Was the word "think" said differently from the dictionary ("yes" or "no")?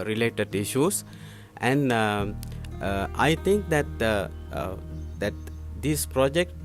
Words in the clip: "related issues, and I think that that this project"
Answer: yes